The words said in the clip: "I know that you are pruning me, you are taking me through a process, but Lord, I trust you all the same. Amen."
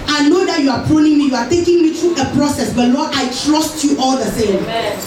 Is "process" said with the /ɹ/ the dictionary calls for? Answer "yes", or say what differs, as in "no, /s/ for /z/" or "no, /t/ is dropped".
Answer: yes